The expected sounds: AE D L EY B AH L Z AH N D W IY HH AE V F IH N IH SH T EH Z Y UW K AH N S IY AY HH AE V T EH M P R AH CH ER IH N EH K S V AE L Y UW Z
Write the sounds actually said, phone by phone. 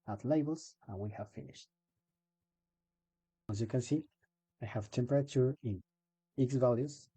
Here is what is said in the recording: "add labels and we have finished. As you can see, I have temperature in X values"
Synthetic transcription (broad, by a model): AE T L EY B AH L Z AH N W IY HH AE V F IH N IH SH T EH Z Y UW K AH N S IY AY HH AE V T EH M P R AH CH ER IH N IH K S V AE L Y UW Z